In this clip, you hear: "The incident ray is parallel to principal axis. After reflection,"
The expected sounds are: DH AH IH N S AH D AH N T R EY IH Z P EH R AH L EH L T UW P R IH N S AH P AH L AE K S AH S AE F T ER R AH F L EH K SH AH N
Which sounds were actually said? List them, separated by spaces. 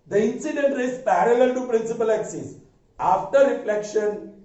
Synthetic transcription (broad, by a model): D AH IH N S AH D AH N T R EY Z P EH R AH L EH L T UW P R IH N S AH P AH L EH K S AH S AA F T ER R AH F L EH K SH AH N